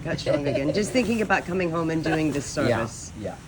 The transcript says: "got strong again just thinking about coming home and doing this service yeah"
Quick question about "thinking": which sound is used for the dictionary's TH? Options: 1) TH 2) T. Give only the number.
1